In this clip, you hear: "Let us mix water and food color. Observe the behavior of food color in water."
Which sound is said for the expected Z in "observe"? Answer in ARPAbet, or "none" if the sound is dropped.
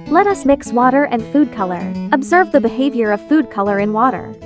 Z